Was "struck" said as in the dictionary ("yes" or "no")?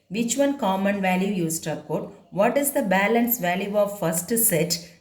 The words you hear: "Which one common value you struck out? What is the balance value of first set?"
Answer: no